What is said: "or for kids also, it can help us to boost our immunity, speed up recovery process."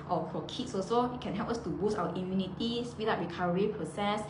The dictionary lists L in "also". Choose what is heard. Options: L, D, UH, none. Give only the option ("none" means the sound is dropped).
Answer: none